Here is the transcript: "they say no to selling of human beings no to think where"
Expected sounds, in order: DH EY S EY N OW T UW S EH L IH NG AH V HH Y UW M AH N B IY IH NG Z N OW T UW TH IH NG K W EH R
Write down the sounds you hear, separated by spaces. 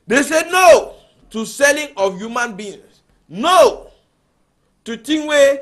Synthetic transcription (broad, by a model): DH EY S EY N OW T UW S EH L IH NG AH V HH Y UW M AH N B IY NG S N OW T UW T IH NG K W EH